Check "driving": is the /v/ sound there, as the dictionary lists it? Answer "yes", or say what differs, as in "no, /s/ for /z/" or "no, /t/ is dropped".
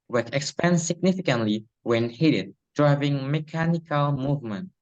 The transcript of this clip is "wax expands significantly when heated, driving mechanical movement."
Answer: yes